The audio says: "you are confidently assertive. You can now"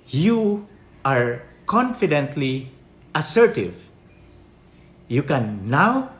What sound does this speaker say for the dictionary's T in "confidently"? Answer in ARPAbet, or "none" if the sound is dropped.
T